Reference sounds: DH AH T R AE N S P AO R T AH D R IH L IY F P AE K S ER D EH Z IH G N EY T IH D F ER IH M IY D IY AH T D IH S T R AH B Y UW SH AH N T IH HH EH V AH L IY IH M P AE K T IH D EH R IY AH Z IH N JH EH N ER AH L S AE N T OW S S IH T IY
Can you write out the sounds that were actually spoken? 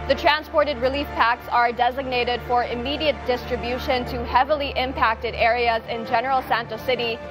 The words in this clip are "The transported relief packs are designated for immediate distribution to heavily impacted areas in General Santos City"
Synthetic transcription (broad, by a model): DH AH T R AE N S P AO R T AH D R IH L IY F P AE K S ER D EH Z IH G N EY T IH D F ER IH M IY D IY AH T D IH S T R AH B Y UW SH AH N T IH HH EH V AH L IY IH M P AE K T IH D EH R IY AH Z IH N JH EH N ER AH L S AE N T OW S S IH T IY